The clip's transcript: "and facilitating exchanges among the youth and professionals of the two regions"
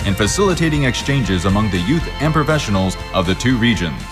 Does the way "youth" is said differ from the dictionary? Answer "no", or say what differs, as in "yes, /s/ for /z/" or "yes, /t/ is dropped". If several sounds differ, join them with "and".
no